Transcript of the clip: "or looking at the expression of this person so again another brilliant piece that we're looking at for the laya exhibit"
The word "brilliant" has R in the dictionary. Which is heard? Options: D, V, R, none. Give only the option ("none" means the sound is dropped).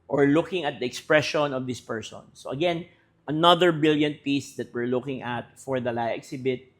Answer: none